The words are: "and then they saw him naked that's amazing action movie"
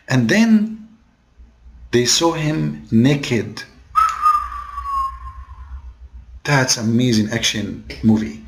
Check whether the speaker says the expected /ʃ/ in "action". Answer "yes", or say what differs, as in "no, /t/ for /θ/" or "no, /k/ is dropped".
yes